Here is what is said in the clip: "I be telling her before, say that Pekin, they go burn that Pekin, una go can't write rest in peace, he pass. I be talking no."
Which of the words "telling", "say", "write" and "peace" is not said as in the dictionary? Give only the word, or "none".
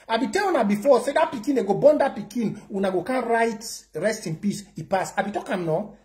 telling